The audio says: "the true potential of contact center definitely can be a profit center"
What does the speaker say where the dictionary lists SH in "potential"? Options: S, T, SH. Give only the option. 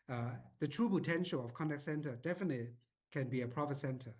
SH